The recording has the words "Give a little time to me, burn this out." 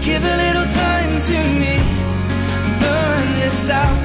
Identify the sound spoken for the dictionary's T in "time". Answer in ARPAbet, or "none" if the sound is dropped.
T